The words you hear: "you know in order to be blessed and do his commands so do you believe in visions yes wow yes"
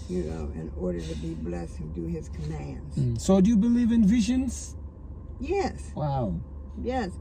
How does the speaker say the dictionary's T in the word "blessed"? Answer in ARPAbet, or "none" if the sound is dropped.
none